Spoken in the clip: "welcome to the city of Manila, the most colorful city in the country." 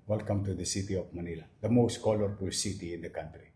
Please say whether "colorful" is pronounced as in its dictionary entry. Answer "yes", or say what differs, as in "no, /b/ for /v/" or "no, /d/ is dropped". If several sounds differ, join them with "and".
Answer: no, /p/ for /f/